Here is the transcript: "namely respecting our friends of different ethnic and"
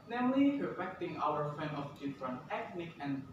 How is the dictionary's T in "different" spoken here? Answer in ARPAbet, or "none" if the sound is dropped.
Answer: none